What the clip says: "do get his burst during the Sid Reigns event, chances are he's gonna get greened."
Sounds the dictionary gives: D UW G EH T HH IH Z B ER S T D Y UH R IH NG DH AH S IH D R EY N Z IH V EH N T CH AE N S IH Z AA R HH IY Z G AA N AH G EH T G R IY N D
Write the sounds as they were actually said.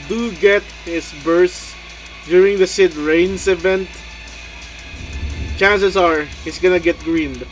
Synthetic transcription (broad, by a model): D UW G EH T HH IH S B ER S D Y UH R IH NG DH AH S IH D R EY N S IH V EH N T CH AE N S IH S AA R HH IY S G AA N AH G EH T G R IY N D